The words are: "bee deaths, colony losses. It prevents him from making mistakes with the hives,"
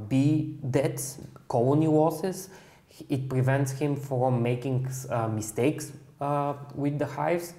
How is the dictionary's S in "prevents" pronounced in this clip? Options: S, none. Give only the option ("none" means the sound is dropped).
S